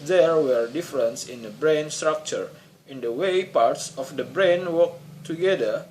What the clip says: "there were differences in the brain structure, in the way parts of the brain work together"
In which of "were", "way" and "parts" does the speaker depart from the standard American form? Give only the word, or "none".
none